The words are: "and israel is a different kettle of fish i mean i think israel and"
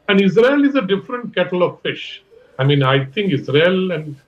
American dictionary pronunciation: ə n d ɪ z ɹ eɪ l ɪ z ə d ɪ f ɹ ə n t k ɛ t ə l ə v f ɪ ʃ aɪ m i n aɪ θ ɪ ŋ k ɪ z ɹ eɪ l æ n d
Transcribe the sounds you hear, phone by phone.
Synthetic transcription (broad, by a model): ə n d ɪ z ɹ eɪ l ɪ z ə d ɪ f ɹ ə n t k ɛ t ə l ə v f ɪ ʃ aɪ m i n aɪ t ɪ ŋ k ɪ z ɹ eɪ l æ n d